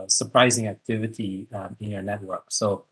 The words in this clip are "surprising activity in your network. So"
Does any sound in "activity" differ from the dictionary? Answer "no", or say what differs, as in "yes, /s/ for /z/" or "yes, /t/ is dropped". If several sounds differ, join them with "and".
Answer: no